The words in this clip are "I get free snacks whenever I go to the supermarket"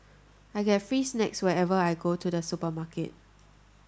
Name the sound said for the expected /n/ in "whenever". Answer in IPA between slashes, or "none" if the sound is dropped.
none